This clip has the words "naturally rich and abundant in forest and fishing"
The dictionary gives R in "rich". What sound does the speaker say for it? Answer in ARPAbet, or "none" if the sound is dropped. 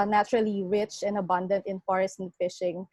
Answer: R